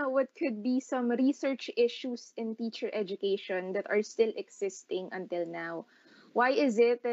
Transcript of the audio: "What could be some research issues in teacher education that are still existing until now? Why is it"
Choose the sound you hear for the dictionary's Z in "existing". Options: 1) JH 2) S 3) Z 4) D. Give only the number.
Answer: 2